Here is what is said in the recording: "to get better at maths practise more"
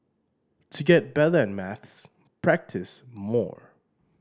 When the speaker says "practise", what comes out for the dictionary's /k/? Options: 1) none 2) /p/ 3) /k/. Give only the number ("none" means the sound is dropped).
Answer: 3